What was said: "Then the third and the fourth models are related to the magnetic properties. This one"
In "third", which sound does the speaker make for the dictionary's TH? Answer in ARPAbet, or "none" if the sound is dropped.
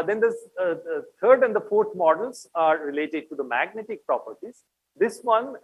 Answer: T